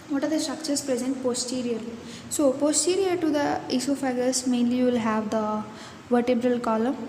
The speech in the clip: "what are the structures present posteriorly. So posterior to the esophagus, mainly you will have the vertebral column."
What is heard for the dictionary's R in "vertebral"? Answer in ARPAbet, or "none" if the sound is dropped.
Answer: R